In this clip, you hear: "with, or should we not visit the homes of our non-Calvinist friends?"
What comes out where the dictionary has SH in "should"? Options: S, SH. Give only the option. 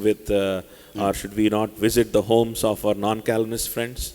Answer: SH